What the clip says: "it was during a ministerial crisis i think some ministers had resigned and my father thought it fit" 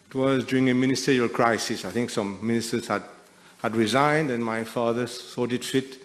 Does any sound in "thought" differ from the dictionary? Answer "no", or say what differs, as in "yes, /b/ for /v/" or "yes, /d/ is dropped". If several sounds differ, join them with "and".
yes, /s/ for /θ/